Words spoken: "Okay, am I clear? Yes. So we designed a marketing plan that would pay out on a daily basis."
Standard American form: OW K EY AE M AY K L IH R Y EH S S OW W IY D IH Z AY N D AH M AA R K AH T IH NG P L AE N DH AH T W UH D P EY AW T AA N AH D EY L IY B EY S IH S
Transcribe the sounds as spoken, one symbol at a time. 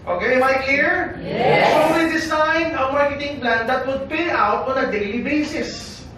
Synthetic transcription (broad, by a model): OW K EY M AY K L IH R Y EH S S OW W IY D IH S AY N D AH M AA R K AH T IH NG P L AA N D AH T W UH D P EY AW T AA N AH D EY L IY B EY S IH S